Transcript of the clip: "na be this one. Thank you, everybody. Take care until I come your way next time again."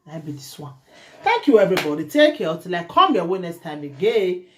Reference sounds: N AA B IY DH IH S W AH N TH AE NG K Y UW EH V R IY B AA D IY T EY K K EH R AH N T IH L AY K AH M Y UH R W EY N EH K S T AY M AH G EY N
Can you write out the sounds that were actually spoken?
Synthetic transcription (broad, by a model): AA B IY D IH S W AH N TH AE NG K Y UW EH V R IY B AA D IY T EY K K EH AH T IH L AY K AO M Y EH W EY N EH K S T AY M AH G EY